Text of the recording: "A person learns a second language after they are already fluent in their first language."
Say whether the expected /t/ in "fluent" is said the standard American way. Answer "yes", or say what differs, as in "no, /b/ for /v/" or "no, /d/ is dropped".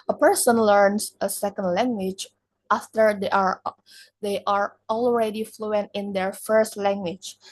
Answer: yes